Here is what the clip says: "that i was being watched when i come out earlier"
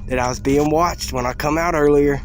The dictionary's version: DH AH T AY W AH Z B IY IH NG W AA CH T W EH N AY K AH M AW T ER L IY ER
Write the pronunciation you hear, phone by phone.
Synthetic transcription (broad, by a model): DH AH T AY W AH Z B IY IH NG W AA CH T W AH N AY K AH M AW T ER L IY ER